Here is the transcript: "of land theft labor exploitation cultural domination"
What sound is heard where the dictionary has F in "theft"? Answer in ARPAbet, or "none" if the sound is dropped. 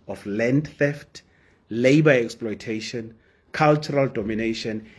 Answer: F